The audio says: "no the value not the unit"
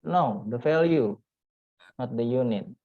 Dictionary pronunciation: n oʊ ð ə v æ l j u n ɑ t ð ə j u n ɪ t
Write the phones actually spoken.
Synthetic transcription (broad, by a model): n oʊ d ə f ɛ l j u n ɑ t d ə j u n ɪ t